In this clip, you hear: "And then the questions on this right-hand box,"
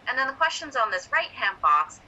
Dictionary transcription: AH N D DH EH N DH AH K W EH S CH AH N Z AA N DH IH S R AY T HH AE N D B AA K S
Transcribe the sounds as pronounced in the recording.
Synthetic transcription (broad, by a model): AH N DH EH N DH AH K W EH S CH AH N Z N DH IH S R AY T HH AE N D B AA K S